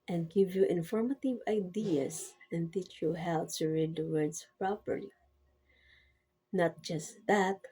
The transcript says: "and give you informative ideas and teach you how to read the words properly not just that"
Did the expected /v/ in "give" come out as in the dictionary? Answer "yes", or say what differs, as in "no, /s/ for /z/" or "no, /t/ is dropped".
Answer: yes